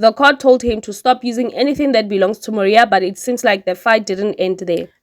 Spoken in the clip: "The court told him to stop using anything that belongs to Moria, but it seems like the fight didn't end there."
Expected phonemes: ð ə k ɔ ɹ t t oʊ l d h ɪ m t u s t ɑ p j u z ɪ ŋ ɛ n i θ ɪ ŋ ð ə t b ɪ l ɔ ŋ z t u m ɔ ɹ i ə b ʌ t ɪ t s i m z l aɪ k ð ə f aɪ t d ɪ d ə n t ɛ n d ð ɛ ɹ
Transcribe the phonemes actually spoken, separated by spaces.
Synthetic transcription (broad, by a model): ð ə k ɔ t t oʊ l d h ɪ m t u s t ɑ p j u z ɪ ŋ ɛ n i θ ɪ ŋ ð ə t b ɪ l ɔ ŋ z t u m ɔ ɹ i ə b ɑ t ɪ t s i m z l aɪ k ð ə f aɪ t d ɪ d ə n t ɛ n d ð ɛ